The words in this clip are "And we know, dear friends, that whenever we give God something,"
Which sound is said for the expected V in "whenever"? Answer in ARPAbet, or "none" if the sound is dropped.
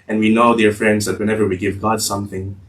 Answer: V